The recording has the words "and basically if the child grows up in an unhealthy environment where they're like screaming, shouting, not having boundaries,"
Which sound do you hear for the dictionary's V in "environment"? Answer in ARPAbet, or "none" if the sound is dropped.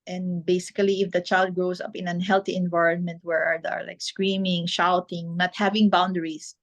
V